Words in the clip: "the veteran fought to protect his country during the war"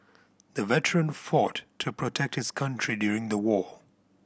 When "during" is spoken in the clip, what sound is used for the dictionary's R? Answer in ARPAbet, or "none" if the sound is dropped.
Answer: R